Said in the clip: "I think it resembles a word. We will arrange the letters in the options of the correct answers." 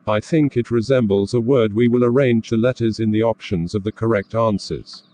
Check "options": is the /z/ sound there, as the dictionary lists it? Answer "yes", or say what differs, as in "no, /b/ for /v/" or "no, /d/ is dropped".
yes